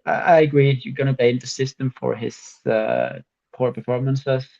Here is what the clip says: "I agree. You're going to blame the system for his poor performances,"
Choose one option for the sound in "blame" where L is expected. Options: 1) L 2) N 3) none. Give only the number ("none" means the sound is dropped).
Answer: 3